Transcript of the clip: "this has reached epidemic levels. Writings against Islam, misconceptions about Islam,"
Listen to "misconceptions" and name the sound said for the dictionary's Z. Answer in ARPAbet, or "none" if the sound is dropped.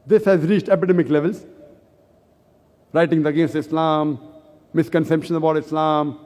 none